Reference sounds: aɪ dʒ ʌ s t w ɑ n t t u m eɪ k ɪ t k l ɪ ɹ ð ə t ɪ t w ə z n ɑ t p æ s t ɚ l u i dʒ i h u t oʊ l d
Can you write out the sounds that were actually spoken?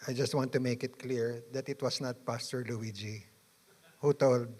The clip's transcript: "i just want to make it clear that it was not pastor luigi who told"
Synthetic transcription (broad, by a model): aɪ dʒ ʌ s t w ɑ n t t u m eɪ k ɪ t k l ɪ ɹ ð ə t ɪ t w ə s n ɑ t p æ s t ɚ l u i dʒ i h u t oʊ l d